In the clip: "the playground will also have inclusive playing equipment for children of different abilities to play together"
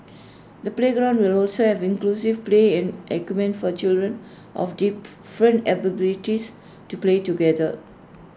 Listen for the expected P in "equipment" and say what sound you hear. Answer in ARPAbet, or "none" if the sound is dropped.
none